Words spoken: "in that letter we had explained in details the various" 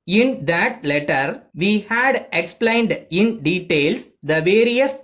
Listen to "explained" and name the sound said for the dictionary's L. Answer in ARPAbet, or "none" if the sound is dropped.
L